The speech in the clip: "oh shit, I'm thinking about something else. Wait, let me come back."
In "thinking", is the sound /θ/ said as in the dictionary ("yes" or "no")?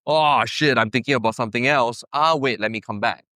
no